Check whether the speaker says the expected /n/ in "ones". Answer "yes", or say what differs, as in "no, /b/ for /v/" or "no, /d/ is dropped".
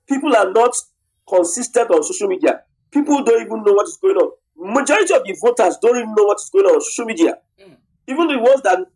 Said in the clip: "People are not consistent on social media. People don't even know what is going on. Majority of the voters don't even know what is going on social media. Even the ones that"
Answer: no, /n/ is dropped